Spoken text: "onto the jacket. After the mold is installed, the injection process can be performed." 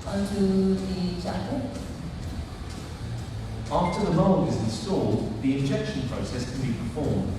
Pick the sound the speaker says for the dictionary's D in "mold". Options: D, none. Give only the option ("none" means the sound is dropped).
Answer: none